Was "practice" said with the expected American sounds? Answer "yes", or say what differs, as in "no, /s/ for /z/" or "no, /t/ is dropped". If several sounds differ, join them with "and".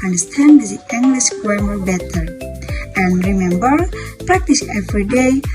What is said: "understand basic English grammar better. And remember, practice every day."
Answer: yes